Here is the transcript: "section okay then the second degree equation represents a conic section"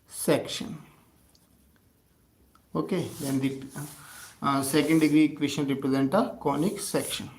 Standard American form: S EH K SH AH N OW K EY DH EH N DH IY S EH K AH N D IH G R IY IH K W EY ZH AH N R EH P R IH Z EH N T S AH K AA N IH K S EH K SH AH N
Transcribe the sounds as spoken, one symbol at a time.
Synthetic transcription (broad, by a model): S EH K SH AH N OW K EY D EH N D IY S EH K AH N D IH G R IY K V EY SH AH N R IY P R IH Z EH N T AH K AA N IH K S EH K SH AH N